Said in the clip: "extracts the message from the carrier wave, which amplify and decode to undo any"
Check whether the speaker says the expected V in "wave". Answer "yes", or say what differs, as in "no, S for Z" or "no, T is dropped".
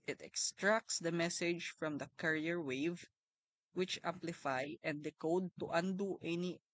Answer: yes